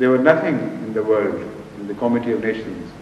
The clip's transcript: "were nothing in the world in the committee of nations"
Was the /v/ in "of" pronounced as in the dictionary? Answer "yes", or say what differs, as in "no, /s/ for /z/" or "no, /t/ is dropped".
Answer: yes